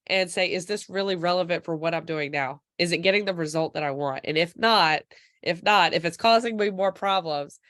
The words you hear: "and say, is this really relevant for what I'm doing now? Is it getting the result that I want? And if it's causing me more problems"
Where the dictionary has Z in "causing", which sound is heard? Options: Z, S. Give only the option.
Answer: Z